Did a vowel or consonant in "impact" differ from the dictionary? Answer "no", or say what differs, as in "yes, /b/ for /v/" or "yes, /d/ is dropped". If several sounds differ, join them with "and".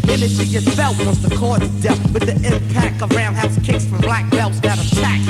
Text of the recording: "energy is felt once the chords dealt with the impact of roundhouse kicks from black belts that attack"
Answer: yes, /t/ is dropped